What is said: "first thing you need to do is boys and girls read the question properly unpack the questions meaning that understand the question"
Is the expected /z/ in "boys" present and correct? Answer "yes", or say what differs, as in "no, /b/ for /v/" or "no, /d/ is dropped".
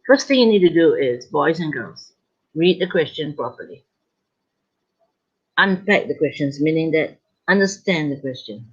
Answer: yes